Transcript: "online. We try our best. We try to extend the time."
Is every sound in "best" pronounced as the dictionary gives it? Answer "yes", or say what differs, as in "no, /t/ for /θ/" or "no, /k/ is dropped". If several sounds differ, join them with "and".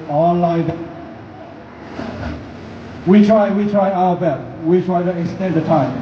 no, /s/ is dropped